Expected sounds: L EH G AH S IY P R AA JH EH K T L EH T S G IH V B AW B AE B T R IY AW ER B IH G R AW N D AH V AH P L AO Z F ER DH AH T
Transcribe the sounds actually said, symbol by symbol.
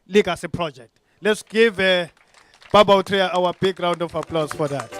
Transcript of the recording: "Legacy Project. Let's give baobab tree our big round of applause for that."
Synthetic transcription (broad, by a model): L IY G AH S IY P R AA JH EH K T L EH T S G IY V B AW B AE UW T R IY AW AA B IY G R AW N D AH F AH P L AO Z F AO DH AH T